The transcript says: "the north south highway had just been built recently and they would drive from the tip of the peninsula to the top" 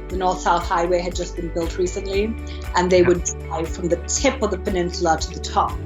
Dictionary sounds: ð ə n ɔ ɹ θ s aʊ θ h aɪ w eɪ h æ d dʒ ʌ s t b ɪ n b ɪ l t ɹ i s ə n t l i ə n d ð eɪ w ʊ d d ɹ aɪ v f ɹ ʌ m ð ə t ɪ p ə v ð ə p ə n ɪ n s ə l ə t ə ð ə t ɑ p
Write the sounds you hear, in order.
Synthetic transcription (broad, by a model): ð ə n ɔ ɹ θ s aʊ θ h aɪ w eɪ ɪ d dʒ ʌ s b ɪ n b ɪ l t ɹ i s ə n t l i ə n ð eɪ w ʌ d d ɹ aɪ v f ɹ ʌ m ð ə t ɪ p ə v ð ə p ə n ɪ n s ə l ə t ə ð ə t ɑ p